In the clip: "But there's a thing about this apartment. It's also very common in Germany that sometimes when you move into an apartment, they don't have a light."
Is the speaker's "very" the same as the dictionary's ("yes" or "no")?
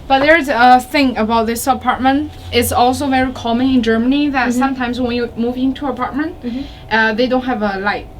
yes